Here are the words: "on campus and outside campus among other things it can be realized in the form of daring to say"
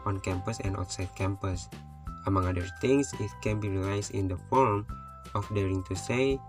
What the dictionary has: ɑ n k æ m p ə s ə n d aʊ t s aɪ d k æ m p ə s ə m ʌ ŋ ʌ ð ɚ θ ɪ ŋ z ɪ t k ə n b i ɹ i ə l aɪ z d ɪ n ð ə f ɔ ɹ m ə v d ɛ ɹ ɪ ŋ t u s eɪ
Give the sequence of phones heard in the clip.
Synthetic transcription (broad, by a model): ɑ n k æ m p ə s ə n d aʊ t s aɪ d k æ m p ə s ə m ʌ ŋ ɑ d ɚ t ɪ ŋ s ɪ t k ə n b i ɹ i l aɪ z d ɪ n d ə f ɔ ɹ m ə f d ɛ ɹ ɪ ŋ t u s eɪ